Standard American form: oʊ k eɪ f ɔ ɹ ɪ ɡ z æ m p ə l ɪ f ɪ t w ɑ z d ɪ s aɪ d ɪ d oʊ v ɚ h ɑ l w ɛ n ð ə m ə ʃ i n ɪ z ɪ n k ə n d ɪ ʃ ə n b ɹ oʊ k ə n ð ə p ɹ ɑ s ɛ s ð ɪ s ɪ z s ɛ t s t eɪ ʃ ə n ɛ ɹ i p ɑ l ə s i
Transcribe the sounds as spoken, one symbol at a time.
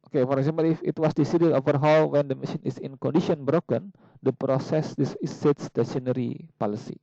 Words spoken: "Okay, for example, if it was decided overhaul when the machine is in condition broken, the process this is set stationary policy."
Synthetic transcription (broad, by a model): oʊ k eɪ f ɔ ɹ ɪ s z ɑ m ə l ɪ f ɪ t w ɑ s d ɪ s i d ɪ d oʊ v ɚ h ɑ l w ɛ n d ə m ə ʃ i n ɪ s ɪ n k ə n d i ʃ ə n b ɹ oʊ k ə n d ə p ɹ ɑ s ɛ s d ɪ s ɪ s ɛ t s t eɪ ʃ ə n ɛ ɹ i p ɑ l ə s i